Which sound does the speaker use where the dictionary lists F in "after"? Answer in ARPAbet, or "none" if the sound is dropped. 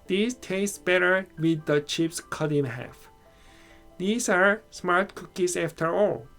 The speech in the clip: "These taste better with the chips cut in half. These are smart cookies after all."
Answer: F